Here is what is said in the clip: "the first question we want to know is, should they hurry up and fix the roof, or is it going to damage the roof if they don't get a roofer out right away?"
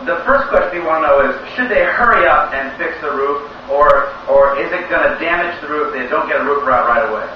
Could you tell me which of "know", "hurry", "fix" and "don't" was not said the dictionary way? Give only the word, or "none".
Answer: none